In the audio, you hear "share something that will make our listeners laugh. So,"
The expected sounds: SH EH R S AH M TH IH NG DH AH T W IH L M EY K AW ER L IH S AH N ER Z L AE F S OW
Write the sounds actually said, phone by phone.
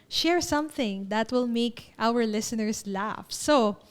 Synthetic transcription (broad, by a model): SH EH R S AH M TH IH NG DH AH T W IH L M EY K AW ER L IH S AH N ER S L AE F S OW